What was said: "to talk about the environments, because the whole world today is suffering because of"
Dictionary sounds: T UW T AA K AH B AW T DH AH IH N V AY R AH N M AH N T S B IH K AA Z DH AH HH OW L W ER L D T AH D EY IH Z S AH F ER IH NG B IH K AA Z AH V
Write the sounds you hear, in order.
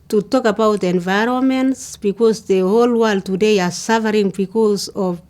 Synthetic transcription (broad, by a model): T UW T AA K AH B AW T IH N V AY R AH N M AH N T S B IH K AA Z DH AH HH OW L W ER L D T AH D EY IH S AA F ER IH NG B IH K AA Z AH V